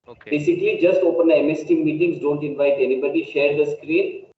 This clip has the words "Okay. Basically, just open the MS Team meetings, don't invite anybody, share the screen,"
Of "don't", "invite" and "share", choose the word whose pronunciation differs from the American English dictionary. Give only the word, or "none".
none